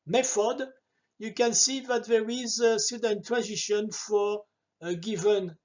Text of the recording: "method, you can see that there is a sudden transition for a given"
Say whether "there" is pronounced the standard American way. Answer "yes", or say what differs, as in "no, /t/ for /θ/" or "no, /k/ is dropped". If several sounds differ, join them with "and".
yes